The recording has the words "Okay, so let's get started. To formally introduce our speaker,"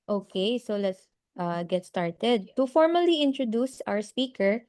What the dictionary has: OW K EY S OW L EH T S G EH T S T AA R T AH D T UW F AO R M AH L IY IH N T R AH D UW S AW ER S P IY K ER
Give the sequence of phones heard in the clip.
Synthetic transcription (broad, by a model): OW K EY S OW L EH T S G EH T S T AA R T AH D T UW F AO R M AH L IY IH N T R AH D UW S AW ER S P IY K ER